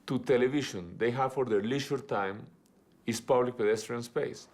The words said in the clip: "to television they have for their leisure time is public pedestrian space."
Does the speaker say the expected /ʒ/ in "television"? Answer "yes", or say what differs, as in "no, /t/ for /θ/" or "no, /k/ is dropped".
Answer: no, /ʃ/ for /ʒ/